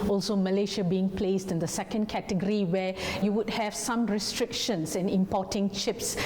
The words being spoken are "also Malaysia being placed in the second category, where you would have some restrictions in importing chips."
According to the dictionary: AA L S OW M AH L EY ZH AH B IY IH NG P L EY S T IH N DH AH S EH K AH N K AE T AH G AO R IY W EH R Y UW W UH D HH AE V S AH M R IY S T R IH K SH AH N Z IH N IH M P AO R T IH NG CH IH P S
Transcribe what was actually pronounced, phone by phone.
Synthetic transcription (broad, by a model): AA L S OW M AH L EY SH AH B IY IH NG P L EY S T IH N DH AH S EH K AH N K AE T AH G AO R IY W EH Y UW W UH D HH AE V S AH M R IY S T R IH K SH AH N S IH N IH M P AO T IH NG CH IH P S